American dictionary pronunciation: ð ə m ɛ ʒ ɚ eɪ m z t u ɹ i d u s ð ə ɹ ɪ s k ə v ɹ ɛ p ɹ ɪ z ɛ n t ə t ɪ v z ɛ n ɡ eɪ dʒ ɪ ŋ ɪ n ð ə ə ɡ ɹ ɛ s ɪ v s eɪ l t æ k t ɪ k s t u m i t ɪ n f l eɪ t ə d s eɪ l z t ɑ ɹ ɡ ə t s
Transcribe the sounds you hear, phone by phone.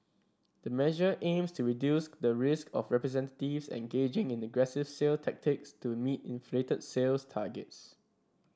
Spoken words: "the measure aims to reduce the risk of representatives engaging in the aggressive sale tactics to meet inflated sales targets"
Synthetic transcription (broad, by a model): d ə m ɛ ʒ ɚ eɪ m s t u ɹ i d u s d ə ɹ ɪ s k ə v ɹ ɛ p ɹ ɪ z ɛ n t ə t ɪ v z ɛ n ɡ eɪ dʒ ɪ ŋ ɪ n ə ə ɡ ɹ ɛ s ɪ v s eɪ l t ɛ k t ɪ k s t u m i t ɪ n f l eɪ t ə d s eɪ l s t ɑ ɡ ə t s